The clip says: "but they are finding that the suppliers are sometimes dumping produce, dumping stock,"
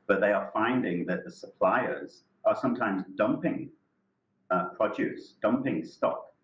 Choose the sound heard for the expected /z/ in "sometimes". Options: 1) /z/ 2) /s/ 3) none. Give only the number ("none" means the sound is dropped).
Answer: 1